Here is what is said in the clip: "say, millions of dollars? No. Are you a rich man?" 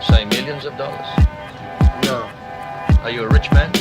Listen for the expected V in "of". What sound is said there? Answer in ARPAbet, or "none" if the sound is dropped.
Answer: V